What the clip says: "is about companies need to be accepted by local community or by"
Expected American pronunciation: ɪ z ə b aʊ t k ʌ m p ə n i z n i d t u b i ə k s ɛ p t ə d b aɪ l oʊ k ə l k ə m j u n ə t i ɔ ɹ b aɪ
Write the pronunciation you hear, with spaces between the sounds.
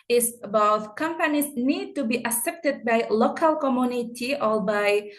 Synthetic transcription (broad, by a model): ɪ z b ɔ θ k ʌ m p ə n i s n i d t u b i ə s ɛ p t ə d b aɪ l oʊ k ə l k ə m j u n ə t i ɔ l b aɪ